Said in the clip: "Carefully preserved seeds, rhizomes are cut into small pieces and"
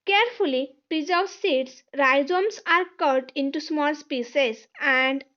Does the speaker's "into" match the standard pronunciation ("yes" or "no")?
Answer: yes